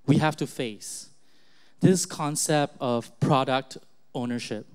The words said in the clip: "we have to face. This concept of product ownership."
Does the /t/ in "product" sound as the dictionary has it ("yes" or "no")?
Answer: yes